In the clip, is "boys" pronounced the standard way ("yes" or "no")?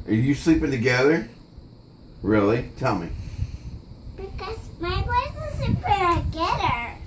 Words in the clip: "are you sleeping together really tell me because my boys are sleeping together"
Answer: no